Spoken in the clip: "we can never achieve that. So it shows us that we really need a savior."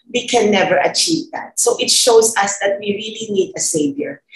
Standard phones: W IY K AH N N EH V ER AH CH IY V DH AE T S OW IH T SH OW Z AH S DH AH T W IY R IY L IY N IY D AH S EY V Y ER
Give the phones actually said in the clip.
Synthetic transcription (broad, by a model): W IY K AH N N EH V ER AH CH IY V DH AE T S OW IH T SH OW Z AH S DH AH T W IY R IY L IY N IY D AH S EY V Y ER